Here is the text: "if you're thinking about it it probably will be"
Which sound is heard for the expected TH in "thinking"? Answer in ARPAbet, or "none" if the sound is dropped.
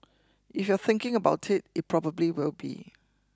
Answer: TH